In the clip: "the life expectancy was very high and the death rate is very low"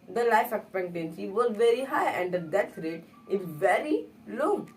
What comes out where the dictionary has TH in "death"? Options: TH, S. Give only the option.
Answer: S